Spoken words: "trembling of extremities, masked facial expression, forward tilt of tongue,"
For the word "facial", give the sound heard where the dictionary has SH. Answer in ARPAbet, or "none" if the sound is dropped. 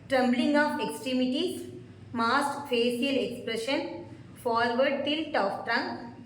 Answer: S